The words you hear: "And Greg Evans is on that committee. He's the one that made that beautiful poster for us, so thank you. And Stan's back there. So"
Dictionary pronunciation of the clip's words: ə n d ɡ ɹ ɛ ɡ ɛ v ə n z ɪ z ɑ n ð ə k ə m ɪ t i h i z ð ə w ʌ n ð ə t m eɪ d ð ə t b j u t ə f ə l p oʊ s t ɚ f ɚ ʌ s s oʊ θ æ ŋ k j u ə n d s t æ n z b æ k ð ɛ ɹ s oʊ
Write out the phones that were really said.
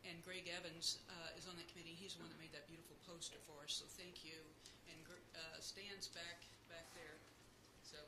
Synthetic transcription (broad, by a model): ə n ɡ ɹ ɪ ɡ ɛ v ə n z ɪ z n ð ə k ə m ɪ t i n i z ð ə w ʌ n ð ə t m eɪ d ð ə t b j u t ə f l p oʊ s t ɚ f ɚ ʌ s s oʊ θ æ ŋ k j u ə n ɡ s t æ n z b æ k ð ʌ ɹ s oʊ